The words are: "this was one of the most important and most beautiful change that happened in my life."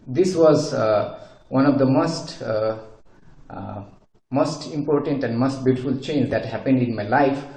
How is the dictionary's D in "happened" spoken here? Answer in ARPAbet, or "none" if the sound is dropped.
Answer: D